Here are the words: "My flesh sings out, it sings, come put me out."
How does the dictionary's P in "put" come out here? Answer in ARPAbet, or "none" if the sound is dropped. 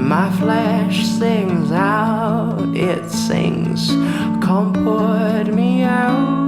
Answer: F